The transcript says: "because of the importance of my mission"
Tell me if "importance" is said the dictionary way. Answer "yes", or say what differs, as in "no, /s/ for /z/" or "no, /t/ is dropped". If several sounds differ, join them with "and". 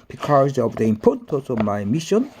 no, /n/ is dropped